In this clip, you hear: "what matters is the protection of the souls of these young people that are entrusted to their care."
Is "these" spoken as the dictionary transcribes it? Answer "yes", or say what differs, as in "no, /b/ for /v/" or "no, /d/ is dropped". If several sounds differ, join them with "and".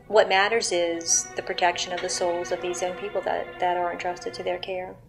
yes